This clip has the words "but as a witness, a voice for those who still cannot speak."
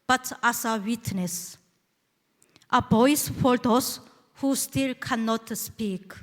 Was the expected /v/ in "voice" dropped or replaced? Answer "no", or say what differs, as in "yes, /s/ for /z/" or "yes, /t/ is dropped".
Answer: yes, /b/ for /v/